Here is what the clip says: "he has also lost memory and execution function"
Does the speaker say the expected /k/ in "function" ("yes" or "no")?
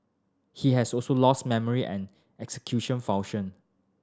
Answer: no